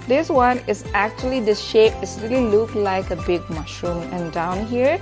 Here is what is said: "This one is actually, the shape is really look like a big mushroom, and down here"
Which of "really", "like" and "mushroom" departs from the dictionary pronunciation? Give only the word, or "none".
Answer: none